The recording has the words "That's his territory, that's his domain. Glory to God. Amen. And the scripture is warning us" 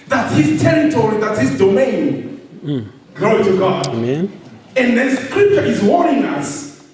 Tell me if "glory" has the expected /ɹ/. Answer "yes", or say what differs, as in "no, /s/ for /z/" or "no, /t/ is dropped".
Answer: no, /ɹ/ is dropped